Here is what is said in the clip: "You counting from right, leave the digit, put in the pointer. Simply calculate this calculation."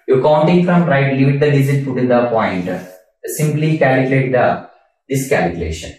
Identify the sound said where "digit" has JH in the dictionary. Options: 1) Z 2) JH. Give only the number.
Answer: 1